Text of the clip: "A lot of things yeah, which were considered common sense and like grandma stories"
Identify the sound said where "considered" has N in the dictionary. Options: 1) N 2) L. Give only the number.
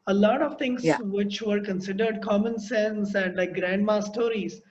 1